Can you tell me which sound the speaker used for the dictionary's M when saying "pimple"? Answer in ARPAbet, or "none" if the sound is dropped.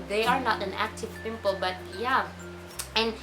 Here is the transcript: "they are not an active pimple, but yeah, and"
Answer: M